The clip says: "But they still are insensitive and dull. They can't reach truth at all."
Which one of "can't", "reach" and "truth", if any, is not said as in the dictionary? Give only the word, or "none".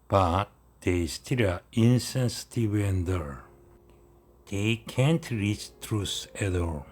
truth